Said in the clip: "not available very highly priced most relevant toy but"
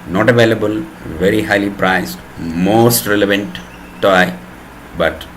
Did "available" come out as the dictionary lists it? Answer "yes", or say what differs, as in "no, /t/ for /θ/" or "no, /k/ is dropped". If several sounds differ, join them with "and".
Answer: yes